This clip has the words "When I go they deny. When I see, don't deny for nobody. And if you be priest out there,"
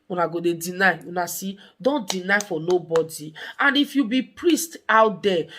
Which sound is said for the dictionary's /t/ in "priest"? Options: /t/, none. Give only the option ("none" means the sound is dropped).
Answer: /t/